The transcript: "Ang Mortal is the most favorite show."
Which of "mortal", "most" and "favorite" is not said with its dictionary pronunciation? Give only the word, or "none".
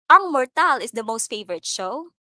none